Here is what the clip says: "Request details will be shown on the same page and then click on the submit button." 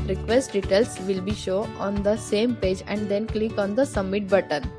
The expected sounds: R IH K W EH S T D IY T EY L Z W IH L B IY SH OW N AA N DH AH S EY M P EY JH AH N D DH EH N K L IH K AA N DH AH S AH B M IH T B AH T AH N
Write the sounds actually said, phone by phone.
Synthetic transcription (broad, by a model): R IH K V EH S T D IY T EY L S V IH L B IY SH OW AA N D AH S EY M P EY JH AH N D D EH N K L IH K AA N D AH S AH M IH T B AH T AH N